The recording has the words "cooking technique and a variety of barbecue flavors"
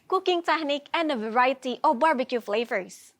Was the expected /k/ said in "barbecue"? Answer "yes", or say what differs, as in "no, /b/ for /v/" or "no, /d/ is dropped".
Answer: yes